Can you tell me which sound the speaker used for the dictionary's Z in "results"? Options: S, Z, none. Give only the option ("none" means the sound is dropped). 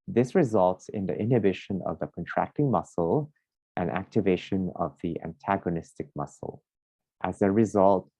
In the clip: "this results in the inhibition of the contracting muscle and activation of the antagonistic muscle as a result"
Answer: Z